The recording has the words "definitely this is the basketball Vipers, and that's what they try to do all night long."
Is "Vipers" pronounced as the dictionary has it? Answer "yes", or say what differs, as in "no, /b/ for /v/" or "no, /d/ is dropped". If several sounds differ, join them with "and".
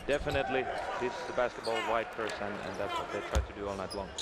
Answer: no, /w/ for /v/ and /s/ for /z/